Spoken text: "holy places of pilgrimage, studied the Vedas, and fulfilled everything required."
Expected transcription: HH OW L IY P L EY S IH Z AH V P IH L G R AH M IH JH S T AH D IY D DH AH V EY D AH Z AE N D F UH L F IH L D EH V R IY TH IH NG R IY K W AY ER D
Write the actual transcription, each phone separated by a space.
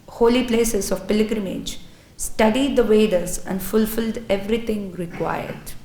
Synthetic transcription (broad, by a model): HH OW L IY P L EY S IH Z AH V P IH L G R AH M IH JH S T AH D IY D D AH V EY D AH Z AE N D F UH L F IH L D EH V R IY T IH NG R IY K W AY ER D